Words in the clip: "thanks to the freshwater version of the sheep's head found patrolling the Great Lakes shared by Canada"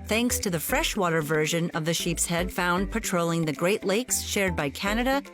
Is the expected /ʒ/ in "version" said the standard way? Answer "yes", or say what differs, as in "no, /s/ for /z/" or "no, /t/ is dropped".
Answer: yes